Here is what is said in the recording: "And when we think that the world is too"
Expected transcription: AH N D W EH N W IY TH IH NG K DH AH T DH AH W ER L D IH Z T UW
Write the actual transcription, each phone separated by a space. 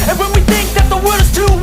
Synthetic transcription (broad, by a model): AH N W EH N W IY TH IH NG K DH AH T DH AH W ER D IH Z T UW